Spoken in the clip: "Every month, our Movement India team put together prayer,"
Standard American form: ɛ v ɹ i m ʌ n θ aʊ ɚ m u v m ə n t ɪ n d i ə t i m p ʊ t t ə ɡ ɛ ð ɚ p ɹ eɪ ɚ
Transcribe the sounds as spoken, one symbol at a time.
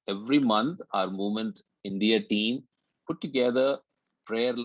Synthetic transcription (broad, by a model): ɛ v ɹ i m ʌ n t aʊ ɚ m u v m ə n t ɪ n d i ə t i m p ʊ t t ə ɡ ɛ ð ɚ p ɹ eɪ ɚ